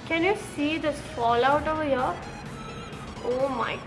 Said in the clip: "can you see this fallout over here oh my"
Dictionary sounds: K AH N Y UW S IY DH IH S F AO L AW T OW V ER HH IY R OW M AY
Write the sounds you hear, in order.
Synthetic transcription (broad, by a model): K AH N Y UW S IY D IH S F AO L AW T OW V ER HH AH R OW M AY